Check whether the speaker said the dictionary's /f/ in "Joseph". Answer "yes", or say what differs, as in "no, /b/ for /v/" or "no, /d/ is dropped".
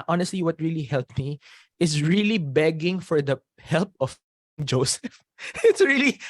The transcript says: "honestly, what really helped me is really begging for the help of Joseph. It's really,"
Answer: yes